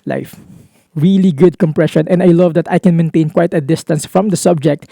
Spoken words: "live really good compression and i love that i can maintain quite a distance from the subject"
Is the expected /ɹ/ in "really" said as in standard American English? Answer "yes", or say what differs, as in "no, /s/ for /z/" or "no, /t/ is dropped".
yes